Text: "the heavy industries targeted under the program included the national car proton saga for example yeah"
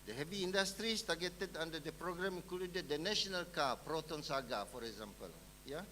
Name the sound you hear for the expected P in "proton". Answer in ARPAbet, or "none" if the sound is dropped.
P